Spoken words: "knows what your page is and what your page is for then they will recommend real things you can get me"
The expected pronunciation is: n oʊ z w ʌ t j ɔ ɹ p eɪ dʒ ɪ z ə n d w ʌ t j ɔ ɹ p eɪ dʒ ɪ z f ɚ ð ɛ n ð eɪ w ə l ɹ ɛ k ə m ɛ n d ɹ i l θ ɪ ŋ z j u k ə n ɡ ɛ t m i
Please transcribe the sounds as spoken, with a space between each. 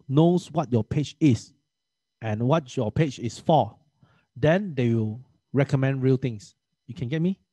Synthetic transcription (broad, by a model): n oʊ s w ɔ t j ɔ p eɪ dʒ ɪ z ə n w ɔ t j ɔ p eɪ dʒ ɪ s f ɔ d ɛ n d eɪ w ə l ɹ ɛ k ə m ɛ n d ɹ i l t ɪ ŋ s j u k ə n ɡ ɛ t m i